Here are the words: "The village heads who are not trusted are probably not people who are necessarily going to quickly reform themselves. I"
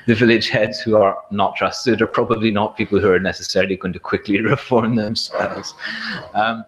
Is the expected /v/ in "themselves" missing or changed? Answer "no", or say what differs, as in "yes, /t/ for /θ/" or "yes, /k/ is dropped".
yes, /v/ is dropped